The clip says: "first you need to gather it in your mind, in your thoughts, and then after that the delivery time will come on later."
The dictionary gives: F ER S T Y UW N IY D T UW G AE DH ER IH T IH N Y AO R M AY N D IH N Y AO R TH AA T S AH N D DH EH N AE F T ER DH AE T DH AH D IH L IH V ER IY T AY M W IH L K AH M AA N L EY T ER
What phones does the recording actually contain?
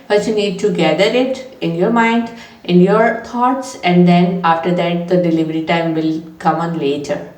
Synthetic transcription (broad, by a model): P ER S Y UW N IY D T UW G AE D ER IH T IH N Y AO R M AY N D IH N Y AO R T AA T S AH N D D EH N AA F T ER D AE T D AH D IH L IH V ER IY T AY M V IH L K AH M AA N L EY T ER